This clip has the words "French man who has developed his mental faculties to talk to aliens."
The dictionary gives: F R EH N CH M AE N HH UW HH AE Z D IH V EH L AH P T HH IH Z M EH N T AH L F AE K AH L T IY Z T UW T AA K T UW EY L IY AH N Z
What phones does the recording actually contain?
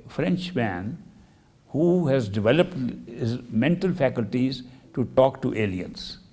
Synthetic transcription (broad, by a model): F R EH N CH M AE N HH UW HH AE Z D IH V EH L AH P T HH IH Z M EH N T AH L F AE K AH L T IY Z T UW T AA K T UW EY L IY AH N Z